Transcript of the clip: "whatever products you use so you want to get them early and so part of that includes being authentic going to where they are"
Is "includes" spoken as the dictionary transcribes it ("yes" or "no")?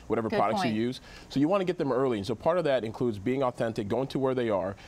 yes